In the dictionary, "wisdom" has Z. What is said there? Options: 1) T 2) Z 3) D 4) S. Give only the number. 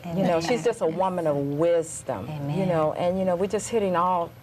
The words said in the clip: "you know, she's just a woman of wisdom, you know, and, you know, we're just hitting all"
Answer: 2